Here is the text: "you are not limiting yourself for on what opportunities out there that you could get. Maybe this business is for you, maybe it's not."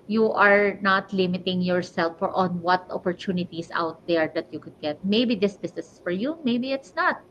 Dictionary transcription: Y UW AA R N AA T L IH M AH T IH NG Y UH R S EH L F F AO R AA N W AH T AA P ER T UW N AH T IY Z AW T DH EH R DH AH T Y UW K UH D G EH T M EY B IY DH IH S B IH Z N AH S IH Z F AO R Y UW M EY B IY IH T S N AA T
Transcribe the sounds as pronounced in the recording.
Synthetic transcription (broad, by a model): Y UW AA R N AA T L IH M AH T IH NG Y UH R S EH L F F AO R AA N W AH T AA P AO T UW N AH T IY S AW T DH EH R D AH T Y UW K UH D G EH T M EY B IY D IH S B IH S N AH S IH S F AO R Y UW M EY B IY IH T S N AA T